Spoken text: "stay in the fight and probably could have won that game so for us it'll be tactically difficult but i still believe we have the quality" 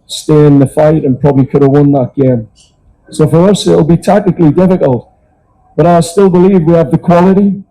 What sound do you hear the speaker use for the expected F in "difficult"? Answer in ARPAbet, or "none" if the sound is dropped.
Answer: F